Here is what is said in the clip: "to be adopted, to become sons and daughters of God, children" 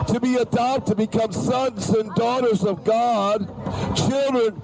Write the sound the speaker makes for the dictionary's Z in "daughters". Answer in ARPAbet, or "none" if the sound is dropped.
Z